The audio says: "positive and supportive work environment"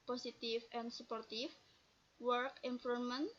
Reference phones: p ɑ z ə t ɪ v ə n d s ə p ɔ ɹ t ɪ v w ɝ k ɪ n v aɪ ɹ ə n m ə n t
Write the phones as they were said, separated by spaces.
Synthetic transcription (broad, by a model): p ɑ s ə t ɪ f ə n s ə p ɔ ɹ t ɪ f w ɝ k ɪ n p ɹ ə m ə n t